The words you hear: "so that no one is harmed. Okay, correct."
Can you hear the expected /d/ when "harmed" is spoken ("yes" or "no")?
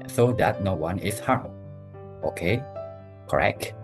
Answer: no